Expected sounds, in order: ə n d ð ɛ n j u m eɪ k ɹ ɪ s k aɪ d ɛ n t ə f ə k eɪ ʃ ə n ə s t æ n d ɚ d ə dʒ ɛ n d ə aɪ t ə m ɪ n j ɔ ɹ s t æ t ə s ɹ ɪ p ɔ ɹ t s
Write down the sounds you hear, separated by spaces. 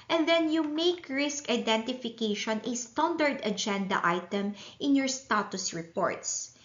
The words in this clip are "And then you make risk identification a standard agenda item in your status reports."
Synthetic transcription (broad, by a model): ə n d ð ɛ n j u m eɪ k ɹ ɪ s k aɪ d ɛ n t ə f ə k eɪ ʃ ə n ə s t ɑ n d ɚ d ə dʒ ɛ n d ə aɪ t ə m ɪ n j ɔ ɹ s t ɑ t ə s ɹ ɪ p ɔ ɹ t s